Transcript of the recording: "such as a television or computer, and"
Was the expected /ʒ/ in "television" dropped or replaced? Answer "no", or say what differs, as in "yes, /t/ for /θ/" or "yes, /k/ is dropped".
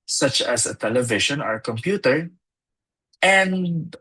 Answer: yes, /ʃ/ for /ʒ/